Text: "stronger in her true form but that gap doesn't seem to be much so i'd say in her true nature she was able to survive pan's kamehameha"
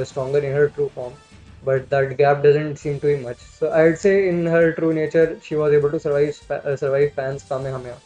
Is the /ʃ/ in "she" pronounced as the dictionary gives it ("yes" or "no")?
yes